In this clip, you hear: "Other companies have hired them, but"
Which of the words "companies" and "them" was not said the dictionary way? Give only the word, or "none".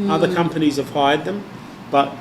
none